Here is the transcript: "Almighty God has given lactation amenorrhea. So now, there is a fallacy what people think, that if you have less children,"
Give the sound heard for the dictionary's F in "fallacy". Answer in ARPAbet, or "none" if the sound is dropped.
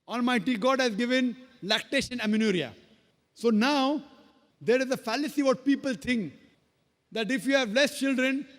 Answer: F